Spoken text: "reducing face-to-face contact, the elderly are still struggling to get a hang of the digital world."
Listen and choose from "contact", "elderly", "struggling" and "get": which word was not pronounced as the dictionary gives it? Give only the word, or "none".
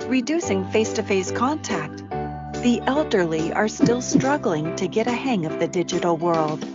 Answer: none